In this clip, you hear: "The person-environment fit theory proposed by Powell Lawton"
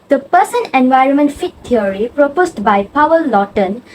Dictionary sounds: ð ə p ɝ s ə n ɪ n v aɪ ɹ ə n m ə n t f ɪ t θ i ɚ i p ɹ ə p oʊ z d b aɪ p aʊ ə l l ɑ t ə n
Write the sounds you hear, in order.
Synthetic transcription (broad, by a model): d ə p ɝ s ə n ɪ n v aɪ ɹ ə n m ə n t f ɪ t t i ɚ i p ɹ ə p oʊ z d b aɪ p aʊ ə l l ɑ t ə n